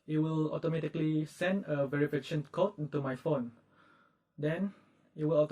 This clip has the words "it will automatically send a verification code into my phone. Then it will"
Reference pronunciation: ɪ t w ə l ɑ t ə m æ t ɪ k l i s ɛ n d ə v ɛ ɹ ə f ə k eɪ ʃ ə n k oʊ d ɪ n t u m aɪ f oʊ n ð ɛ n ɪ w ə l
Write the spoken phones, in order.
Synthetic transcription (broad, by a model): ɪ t w ə l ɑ t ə m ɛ t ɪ k l i s ɛ n d ə v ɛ ɹ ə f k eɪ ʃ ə n k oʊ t ɪ n t u m aɪ f oʊ n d ɛ n ɪ w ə l